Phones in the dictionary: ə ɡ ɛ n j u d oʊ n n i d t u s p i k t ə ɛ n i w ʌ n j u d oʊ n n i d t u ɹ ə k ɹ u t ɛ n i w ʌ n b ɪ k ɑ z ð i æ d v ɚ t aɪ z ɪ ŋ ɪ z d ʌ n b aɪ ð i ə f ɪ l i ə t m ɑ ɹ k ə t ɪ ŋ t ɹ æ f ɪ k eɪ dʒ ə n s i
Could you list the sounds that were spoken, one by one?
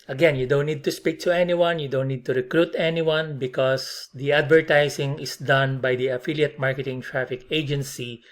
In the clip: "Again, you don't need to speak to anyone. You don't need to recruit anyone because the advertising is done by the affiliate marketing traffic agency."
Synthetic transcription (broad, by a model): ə ɡ ɛ n j u d oʊ n n i d t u s p i k t ə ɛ n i w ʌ n j u d oʊ n n i d t u ɹ ə k ɹ u t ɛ n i w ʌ n b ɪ k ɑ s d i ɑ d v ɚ t aɪ s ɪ ŋ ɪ s d ʌ n b aɪ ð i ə f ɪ l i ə t m ɑ ɹ k ə t ɪ ŋ t ɹ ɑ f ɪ k eɪ dʒ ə n s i